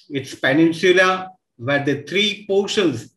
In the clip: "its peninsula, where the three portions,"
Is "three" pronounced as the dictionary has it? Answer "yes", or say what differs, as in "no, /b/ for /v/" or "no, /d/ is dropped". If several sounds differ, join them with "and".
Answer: no, /t/ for /θ/